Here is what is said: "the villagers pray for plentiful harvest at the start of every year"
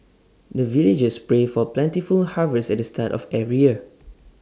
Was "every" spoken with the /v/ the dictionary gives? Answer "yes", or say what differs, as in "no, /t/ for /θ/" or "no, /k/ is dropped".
no, /v/ is dropped